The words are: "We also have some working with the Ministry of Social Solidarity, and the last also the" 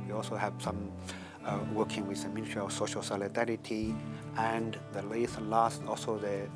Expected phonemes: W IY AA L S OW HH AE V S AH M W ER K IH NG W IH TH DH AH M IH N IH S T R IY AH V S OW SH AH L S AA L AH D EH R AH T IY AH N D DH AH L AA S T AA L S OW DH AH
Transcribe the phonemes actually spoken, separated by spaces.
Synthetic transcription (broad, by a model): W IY AA L S OW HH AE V S AH M W ER K IH NG W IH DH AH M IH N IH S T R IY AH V S OW SH AH L S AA L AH D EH R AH T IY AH N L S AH L AA S T AA L S OW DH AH